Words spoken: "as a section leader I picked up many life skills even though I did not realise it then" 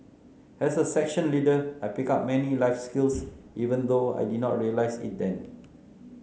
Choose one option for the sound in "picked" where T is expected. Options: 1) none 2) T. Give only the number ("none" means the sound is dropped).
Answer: 1